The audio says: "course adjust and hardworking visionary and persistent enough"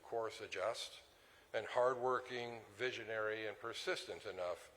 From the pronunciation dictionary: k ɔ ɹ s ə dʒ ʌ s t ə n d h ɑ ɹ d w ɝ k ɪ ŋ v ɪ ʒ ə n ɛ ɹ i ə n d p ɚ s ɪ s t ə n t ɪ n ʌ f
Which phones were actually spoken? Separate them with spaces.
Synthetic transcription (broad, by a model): k ɔ ɹ s ə dʒ ʌ s t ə n h ɑ ɹ d w ɝ k ɪ ŋ v ɪ ʒ ə n ɛ ɹ i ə n p ɚ s ɪ s t ə n t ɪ n ʌ f